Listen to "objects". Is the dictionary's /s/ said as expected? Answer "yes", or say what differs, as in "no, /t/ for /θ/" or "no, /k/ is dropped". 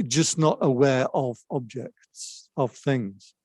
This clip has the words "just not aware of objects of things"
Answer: yes